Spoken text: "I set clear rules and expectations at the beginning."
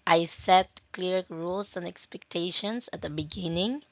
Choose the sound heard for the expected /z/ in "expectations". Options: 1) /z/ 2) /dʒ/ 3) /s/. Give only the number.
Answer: 3